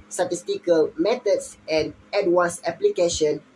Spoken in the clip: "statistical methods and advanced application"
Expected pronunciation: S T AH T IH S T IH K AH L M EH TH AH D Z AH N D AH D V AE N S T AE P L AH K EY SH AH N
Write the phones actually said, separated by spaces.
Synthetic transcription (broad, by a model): S T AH T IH S T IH K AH L M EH T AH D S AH N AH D W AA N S EH P L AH K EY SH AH N